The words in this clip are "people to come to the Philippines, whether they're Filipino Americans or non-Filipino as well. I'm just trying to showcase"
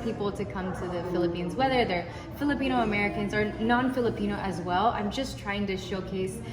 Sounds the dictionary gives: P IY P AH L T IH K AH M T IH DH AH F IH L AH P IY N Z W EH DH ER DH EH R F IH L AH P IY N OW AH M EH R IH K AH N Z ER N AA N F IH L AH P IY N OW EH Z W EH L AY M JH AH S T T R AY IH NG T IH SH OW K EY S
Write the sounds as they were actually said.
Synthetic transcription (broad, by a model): P IY P L T IH K AH M T IH DH AH F IH L AH P IY N Z W EH DH ER DH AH R F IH L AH P IY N OW AH M EH R IH K AH N Z ER N AA N F IH L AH P IY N OW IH Z W EH L AY M JH AH S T T R AY IH NG T IH SH OW K EY S